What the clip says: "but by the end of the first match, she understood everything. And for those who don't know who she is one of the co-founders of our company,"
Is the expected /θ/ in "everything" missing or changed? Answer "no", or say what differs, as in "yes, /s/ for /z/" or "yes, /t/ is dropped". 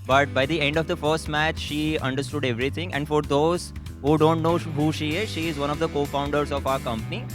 yes, /t/ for /θ/